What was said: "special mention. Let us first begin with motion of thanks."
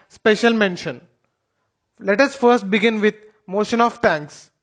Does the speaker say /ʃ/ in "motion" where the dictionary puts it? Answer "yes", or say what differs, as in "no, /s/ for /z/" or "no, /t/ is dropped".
yes